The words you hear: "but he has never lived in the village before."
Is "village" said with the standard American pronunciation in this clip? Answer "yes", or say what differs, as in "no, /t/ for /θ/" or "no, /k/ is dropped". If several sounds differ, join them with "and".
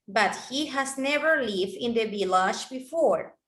no, /b/ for /v/ and /ʃ/ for /dʒ/